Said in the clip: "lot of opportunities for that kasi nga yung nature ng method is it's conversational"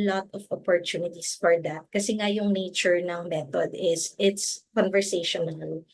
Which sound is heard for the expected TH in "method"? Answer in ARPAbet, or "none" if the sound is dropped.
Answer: T